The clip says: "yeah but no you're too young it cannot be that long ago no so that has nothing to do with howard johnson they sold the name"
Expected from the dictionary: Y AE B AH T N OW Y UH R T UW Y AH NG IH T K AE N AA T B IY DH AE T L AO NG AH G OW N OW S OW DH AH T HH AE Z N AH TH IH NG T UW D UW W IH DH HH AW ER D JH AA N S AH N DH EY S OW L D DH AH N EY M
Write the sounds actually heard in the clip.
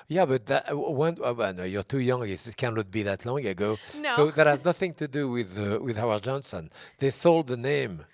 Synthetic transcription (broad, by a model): Y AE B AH T N OW Y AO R T UW Y AH NG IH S K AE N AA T B IY DH AE T L AO NG AH G OW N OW S OW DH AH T HH AE Z N AH TH IH NG T UW D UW W IH DH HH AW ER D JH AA N S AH N DH EY S OW L D DH AH N EY M